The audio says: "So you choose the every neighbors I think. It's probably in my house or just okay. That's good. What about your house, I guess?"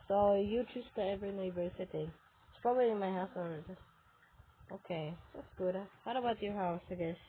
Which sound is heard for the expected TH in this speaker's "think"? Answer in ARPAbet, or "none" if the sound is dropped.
T